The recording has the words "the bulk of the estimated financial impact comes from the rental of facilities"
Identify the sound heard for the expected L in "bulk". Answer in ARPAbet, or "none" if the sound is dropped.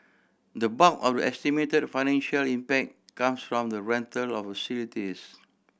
none